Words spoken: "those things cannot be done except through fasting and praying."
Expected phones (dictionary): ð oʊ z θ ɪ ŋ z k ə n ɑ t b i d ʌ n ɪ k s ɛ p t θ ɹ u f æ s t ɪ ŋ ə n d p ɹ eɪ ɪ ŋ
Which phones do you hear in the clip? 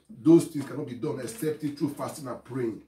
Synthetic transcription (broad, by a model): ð oʊ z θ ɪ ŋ s k ə n ɑ t b i d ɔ n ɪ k s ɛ p t t ɹ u f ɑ s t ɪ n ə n p ɹ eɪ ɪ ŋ